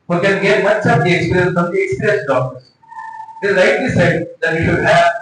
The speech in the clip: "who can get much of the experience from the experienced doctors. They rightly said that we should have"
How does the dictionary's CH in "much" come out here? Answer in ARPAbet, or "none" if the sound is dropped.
S